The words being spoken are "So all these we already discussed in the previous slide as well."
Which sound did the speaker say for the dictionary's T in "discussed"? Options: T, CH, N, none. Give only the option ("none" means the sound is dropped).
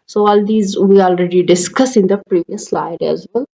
none